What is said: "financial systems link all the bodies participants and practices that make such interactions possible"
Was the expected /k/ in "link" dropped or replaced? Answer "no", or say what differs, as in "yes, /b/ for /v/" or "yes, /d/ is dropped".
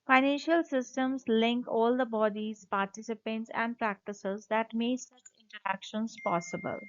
no